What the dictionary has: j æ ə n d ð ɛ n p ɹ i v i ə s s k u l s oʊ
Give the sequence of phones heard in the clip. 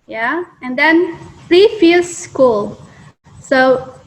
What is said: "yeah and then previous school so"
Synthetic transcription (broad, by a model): j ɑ ə n d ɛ n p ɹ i f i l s k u l s oʊ